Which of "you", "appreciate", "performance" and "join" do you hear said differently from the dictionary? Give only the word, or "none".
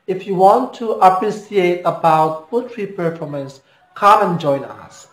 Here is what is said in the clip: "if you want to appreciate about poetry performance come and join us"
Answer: appreciate